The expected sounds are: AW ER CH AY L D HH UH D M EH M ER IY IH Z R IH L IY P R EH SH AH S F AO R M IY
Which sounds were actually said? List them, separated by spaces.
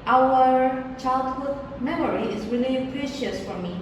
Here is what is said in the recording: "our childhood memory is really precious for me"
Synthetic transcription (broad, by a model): AW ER CH AY L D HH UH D M EH M ER IY IH Z R IH L IY P R EH SH AH S F AO R M IY